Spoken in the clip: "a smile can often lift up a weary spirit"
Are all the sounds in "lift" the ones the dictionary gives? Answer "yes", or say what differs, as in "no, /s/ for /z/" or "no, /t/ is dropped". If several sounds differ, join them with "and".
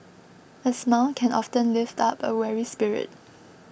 yes